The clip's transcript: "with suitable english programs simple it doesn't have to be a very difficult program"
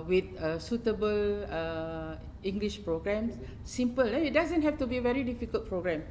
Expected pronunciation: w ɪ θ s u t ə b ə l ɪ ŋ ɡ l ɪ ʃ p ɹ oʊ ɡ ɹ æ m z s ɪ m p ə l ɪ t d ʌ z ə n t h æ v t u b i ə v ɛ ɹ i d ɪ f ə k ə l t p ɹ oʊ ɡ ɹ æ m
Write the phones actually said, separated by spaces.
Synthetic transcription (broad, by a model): w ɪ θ s u t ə b ə l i ŋ ɡ l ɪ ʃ p ɹ oʊ ɡ ɹ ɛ m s s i m p ə l ɪ t d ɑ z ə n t h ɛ f t u b i ə v ɛ ɹ i d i f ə k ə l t p ɹ oʊ ɡ ɹ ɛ m